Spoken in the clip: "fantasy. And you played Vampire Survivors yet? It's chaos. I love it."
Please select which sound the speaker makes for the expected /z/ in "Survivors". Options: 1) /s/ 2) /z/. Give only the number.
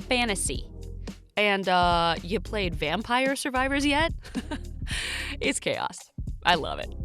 2